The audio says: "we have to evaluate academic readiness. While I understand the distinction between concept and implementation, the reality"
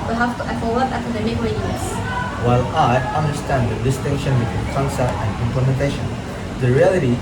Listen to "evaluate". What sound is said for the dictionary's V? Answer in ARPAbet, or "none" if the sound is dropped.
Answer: F